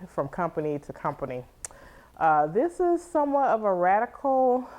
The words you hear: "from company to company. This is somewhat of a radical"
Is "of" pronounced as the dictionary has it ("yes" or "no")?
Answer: yes